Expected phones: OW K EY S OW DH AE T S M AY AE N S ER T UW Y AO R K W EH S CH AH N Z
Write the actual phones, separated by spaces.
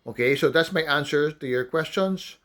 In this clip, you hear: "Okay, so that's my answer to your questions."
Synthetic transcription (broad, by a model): OW K EY S OW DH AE T S M AY AE N S ER T UW Y AO R K W EH S CH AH N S